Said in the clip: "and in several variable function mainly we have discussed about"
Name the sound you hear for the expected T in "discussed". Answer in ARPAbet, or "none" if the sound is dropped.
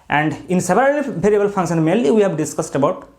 T